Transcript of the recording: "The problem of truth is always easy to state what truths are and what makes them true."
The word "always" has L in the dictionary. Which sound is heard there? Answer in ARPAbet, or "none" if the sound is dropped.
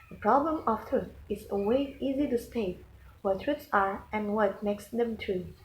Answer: none